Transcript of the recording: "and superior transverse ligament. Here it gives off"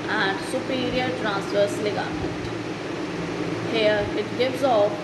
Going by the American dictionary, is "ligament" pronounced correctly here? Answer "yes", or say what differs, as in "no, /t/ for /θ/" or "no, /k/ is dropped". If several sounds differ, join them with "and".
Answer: no, /n/ is dropped